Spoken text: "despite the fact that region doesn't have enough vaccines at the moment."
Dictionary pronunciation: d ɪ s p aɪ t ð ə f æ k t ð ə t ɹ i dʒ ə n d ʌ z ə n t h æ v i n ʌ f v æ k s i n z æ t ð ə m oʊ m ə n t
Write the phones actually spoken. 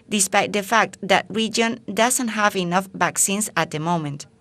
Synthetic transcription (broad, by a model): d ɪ s p aɪ t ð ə f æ k t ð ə t ɹ i dʒ ə n d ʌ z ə n t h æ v i n ʌ f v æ k s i n s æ t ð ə m oʊ m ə n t